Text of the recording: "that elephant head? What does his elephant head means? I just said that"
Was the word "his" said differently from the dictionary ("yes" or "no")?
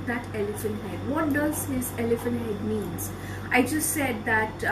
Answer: yes